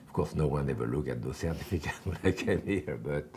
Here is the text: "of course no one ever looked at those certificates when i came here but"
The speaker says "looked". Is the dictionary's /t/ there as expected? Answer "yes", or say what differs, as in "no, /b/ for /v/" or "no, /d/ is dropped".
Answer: no, /t/ is dropped